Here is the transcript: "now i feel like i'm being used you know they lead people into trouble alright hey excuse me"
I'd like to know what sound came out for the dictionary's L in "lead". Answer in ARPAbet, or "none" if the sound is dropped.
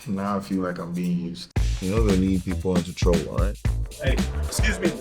N